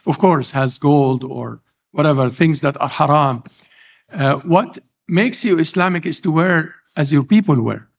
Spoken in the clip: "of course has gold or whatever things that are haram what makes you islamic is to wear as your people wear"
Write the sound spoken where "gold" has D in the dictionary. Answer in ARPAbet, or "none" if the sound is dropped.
D